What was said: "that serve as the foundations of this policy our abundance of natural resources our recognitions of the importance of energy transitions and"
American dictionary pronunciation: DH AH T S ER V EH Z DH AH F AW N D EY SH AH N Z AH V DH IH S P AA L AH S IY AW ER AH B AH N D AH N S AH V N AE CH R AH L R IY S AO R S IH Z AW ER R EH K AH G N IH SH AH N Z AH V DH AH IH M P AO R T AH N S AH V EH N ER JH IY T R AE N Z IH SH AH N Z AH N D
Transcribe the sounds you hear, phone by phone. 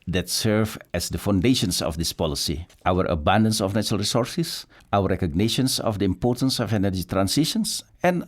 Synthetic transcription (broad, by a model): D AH T S ER V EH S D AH F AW N D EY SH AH N S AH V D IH S P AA L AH S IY AW ER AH B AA N D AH N S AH F N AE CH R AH L R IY S AO R S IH S AW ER R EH K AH G N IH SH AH N S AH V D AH IH M P AO R T AH N S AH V EH N ER JH IY T R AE N S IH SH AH N S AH N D